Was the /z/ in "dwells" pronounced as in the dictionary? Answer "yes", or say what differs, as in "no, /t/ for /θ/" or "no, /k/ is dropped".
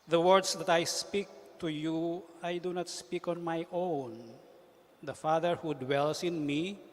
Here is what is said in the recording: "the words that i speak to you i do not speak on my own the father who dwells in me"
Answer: no, /s/ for /z/